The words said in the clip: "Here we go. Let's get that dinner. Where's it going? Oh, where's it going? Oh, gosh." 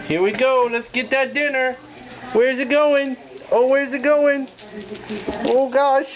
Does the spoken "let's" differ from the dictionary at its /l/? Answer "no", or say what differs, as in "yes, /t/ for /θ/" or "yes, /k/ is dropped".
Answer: no